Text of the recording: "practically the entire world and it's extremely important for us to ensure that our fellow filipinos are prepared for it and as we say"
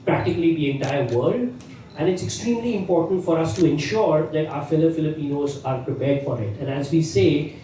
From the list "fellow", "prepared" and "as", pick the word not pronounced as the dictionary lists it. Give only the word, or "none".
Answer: none